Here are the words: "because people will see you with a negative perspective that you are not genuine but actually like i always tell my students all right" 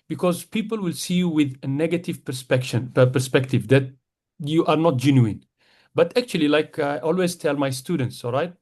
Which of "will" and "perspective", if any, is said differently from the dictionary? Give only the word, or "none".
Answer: none